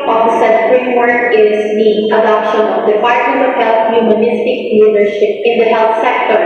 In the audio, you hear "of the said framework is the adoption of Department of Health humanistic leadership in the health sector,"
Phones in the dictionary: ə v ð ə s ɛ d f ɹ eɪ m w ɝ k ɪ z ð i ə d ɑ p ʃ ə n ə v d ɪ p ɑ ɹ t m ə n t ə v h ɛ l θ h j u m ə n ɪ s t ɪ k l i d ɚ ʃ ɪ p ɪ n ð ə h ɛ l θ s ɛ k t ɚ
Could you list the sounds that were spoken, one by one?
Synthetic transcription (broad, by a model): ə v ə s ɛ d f ɹ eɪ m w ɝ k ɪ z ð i ə d ɑ p ʃ ə n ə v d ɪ f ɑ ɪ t ə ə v h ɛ l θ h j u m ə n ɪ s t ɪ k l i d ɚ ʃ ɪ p ɪ n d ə h ɛ l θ s ɛ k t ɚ